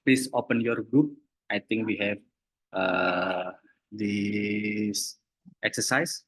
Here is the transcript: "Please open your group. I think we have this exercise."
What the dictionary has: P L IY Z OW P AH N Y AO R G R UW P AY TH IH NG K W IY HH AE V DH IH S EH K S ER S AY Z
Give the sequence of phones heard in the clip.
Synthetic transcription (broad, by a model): P L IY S OW P AH N Y AO R G R UW P AY T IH NG K W IY HH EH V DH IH S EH K S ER S AY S